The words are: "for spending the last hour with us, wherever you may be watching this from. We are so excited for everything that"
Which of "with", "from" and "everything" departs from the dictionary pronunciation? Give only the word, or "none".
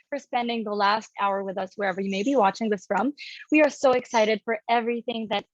none